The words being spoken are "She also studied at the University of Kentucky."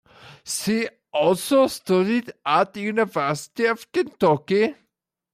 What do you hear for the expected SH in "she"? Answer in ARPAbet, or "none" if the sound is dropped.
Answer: S